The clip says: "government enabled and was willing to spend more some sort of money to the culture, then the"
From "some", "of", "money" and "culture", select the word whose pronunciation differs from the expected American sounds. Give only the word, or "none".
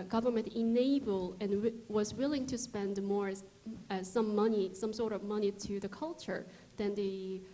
none